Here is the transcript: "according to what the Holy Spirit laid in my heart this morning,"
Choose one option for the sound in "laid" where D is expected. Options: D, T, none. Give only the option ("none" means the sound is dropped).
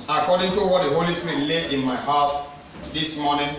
none